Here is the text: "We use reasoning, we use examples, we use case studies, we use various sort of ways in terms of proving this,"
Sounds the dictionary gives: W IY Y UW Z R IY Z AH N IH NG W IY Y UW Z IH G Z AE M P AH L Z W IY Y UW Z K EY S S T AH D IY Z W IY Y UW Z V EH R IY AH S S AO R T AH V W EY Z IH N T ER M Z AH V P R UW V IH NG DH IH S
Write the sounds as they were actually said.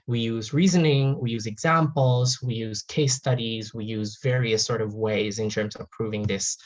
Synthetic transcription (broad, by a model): W IY Y UW Z R IY Z AH N IH NG W IY Y UW Z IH G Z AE M P L Z W IY Y UW Z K EY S S T AH D IY Z W IY Y UW Z V EH R IY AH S S AO R T AH V W EY Z IH N T ER M Z AH V P R UW V IH NG DH IH S